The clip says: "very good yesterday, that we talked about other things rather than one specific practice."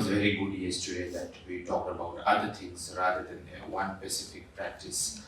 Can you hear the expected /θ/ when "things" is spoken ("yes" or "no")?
no